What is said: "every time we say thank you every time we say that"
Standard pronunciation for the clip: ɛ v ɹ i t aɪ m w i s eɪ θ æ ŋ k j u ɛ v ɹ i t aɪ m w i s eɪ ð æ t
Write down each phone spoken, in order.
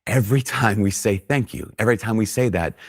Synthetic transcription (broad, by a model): ɛ v ɹ i t aɪ m w i s eɪ θ æ ŋ k j u ɛ v ɹ i t aɪ m w i s eɪ ð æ t